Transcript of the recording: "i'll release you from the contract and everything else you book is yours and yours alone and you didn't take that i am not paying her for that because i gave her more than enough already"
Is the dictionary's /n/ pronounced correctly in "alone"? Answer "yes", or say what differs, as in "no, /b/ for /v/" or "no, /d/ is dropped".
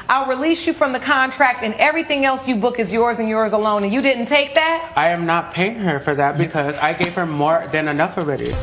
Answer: no, /n/ is dropped